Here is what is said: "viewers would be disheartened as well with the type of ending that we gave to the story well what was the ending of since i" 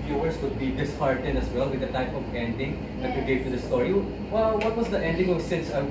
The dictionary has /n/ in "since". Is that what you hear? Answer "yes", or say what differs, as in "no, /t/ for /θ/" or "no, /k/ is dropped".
no, /n/ is dropped